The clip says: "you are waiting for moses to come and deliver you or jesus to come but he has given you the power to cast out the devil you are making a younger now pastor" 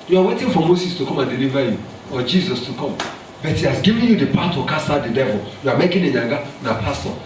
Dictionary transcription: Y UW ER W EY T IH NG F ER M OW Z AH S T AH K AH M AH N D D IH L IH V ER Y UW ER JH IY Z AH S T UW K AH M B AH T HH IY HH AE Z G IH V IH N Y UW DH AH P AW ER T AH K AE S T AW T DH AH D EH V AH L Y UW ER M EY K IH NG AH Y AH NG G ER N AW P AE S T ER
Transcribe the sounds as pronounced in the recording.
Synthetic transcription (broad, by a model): Y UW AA W EY T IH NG F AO M OW S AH S T AH K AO M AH N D D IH L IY V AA Y UW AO JH IY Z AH S T UW K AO M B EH T HH IY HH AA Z G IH V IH N Y UW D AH P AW T AH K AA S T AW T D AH D EH V AH L Y UW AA M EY K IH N AH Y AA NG G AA N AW P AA S T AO